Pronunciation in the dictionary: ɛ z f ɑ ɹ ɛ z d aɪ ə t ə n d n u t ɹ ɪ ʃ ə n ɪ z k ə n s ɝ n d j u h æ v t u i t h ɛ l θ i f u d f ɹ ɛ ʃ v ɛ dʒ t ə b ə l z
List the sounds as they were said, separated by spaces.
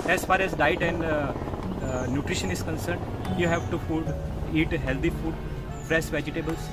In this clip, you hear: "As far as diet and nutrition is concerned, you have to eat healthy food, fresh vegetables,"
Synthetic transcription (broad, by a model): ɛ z f ɑ ɹ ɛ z d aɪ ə t ə n d n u t ɹ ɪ ʃ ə n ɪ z k ə n s ɝ n d j u h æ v t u i t h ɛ l t i f u d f ɹ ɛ s v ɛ dʒ t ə b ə l